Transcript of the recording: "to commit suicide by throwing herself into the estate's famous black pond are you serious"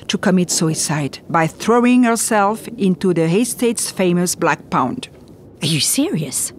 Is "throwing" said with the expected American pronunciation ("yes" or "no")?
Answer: yes